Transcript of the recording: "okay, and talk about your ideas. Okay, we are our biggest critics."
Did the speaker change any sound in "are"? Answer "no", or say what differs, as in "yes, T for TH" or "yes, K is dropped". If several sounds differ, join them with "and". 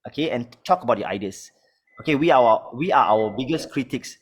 yes, W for R